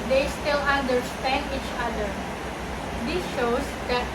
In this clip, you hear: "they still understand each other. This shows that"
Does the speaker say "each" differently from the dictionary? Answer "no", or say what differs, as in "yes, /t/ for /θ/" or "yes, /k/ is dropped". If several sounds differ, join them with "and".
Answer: no